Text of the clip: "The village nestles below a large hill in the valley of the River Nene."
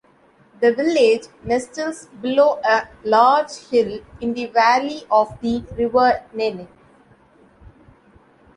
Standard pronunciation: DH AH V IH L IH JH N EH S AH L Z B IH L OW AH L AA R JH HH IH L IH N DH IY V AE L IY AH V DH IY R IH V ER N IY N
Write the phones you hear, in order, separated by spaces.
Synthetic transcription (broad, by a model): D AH V IH L IH JH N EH S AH L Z B IH L OW AH L AA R JH HH IH L IH N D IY V AE L IY AH V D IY R IH V ER N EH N